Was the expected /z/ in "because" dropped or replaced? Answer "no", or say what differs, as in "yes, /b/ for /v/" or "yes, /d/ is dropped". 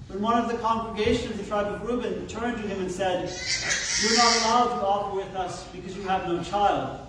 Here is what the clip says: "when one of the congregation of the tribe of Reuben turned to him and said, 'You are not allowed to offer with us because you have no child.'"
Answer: no